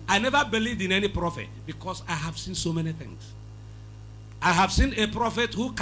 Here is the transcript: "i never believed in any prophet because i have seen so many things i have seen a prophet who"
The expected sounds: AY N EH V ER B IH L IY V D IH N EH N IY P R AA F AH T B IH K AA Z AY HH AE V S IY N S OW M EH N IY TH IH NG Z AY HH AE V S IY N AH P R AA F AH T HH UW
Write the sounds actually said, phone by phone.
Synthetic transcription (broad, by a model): AY N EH V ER B IH L IY V D IH N EH N IY P R AA F AH T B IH K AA S AY HH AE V S IY N S OW M EH N IY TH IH NG S AY HH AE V S IY N AH P R AA F AH T HH UW